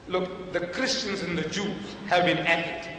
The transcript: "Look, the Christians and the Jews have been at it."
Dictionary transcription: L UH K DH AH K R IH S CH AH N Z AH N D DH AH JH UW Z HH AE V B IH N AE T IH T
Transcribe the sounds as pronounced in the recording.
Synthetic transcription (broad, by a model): L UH K DH AH K R IH S CH AH N Z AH N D DH AH JH UW Z HH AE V B IH N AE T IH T